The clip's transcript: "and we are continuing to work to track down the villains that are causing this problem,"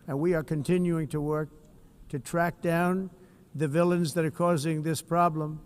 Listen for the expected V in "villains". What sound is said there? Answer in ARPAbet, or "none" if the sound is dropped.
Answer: V